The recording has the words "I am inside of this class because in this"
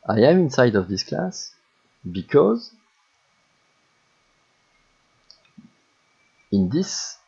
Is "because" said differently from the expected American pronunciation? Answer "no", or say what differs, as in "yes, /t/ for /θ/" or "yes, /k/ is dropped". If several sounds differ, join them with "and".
no